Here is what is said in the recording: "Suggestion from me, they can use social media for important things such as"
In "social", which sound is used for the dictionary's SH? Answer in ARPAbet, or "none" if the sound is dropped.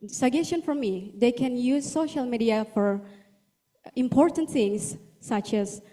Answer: SH